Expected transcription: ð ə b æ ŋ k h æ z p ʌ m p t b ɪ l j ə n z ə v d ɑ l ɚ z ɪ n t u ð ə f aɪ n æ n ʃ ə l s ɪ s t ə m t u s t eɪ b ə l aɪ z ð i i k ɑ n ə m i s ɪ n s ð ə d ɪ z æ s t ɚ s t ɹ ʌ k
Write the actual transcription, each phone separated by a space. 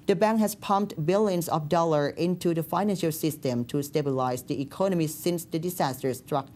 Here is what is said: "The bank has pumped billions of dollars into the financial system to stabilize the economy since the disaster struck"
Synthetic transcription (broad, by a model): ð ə b æ ŋ k h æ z p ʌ m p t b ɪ l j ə n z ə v d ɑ l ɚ ɪ n t u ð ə f aɪ n æ n ʃ ə l s ɪ s t ə m t u s t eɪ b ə l aɪ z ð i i k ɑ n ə m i s ɪ n s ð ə d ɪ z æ s t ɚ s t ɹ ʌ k